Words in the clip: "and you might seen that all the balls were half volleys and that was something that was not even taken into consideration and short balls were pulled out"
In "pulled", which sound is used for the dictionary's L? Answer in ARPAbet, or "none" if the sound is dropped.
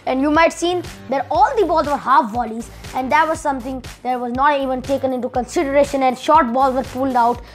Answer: L